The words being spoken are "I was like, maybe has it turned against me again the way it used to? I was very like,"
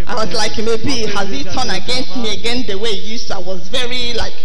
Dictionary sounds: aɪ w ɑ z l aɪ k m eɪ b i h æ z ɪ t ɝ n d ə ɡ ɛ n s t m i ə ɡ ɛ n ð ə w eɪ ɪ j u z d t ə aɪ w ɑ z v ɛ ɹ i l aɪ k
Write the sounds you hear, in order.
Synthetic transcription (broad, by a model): aɪ w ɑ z l aɪ k m eɪ b i h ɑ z ɪ t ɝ n ə ɡ ɛ n s t m i ə ɡ ɛ n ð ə w eɪ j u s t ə aɪ w ɑ z v ɛ ɹ i l aɪ k